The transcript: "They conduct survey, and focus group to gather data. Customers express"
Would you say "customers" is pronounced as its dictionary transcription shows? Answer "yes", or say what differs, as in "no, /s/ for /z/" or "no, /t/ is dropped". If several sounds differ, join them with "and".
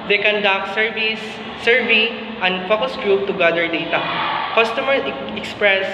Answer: no, /z/ is dropped